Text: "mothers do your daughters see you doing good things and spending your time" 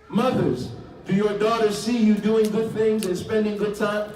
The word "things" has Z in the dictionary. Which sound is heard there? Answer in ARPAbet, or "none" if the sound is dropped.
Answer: Z